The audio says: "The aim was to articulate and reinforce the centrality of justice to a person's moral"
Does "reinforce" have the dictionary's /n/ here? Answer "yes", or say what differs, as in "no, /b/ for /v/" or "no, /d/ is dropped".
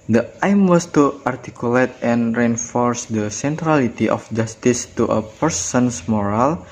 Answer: yes